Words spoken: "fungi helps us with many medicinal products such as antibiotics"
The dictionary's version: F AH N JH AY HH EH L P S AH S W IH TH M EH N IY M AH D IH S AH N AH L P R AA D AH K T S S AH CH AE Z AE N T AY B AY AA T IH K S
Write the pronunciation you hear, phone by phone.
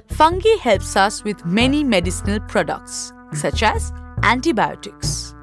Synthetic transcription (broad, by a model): F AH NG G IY HH EH L P S AH S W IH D M EH N IY M AH D IH S AH N AH L P R AA D AH K T S S AH CH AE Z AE N T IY B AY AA T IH K S